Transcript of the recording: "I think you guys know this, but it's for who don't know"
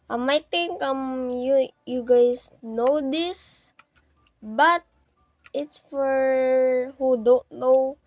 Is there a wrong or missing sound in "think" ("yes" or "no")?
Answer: yes